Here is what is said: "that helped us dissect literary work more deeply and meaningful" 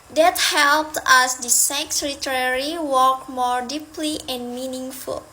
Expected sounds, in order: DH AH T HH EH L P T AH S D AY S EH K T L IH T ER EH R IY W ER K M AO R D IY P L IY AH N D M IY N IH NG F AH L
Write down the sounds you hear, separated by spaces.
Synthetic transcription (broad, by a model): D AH T HH EH L P T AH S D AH S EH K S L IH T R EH R IY W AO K M AO R D IY P L IY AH N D M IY N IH NG F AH L